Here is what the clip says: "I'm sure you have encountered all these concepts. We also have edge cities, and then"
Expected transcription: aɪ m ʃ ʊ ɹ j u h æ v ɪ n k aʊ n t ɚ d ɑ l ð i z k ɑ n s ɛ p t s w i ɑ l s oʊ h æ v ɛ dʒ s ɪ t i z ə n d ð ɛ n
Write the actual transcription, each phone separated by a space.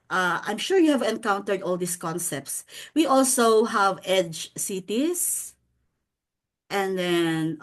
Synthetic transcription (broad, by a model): aɪ m ʃ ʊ ɹ j u h æ v ɪ n k aʊ n t ɚ d ɑ l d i s k ɑ n s ɛ p t s w i ɑ l s oʊ h æ v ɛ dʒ s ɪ t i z ə n d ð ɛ n